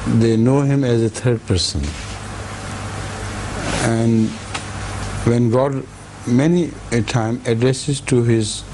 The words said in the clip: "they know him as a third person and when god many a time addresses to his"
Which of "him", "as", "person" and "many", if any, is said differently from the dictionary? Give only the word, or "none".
none